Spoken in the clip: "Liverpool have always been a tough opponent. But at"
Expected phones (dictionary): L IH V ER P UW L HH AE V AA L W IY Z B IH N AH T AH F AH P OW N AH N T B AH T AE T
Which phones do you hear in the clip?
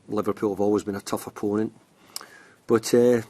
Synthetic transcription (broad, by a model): L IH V ER P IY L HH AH V AA L W IY Z B IH N AH T AH F AH P OW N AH N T B AH T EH